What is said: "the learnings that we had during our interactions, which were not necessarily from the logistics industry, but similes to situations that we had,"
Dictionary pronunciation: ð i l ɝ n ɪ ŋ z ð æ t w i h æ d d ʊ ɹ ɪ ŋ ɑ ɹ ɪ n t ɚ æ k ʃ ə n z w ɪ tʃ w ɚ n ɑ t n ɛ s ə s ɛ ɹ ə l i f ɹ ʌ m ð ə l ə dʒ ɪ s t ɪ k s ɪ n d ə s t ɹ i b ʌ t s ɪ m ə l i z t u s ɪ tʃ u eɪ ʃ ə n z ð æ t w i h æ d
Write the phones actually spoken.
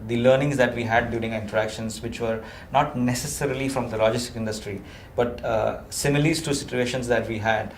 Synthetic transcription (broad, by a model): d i l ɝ n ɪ ŋ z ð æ t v i h æ d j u ɹ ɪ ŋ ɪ n t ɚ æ k ʃ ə n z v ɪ tʃ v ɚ n ɑ t n ɛ s ə s ɛ ɹ ə l i f ɹ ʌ m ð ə l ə dʒ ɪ s t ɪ k ɪ n d ə s t ɹ i b ʌ t s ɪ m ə l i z t u s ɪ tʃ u eɪ ʃ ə n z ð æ t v i h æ d